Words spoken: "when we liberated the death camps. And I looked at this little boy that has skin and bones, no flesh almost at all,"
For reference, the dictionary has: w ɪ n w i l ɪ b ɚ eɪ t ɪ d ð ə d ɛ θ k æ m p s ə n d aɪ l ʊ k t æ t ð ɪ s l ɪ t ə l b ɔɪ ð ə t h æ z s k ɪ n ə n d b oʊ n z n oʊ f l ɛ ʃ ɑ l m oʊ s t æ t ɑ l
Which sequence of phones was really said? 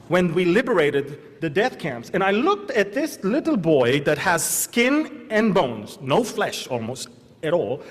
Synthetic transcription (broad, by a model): w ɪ n w i l ɪ b ɚ eɪ t ɪ d ð ə d ɛ θ k æ m p s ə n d aɪ l ʊ k t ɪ t ð ɪ s l ɪ t l b ɔɪ ð ə t h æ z s k ɪ n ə n b oʊ n z n oʊ f l ɛ ʃ ɑ l m oʊ s t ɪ t ɑ l